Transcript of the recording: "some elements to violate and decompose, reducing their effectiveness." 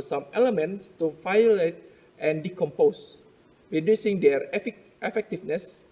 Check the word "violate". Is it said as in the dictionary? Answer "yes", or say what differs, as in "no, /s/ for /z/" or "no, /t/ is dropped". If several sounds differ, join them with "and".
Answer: no, /f/ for /v/